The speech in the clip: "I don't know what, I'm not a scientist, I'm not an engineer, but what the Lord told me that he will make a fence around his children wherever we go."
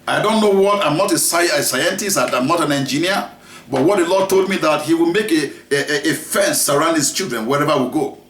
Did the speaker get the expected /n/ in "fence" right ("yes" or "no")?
yes